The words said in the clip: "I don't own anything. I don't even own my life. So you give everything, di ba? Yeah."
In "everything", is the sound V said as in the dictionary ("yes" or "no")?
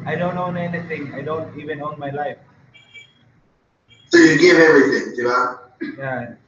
no